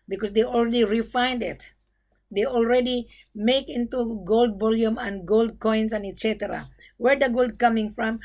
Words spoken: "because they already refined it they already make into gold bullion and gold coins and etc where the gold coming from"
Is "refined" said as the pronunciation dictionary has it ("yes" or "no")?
yes